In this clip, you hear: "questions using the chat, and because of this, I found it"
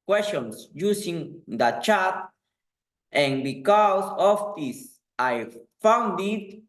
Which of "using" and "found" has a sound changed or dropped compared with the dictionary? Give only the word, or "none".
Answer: using